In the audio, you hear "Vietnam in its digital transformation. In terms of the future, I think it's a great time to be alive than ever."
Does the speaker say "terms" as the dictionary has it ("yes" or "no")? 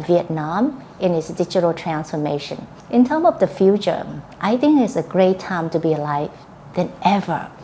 no